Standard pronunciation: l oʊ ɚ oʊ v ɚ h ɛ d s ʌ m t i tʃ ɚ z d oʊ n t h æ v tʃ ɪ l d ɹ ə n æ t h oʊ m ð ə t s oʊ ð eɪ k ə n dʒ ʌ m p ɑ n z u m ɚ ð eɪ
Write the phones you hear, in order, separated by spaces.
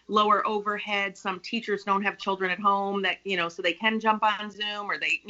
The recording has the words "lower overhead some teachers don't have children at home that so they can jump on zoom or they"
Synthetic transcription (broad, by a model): l oʊ ɚ oʊ v ɚ h ɛ d s ʌ m t i tʃ ɚ z d oʊ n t h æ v tʃ ɪ l d ɹ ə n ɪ t h oʊ m ð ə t s oʊ ð eɪ k ə n dʒ ʌ m p n z u m ɚ ð eɪ